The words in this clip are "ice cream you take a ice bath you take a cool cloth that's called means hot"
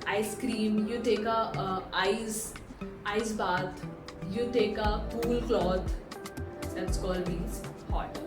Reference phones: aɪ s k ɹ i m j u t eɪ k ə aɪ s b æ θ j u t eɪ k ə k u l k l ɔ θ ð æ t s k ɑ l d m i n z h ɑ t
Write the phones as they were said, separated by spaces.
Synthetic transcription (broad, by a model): aɪ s k ɹ i m j u t eɪ k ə aɪ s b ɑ t j u t eɪ k ə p u l k l ɔ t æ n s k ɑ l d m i z h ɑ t